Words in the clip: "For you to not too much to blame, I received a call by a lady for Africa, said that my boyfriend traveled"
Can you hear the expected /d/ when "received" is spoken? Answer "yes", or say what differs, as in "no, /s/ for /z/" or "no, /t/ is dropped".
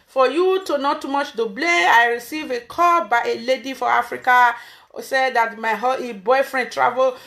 no, /d/ is dropped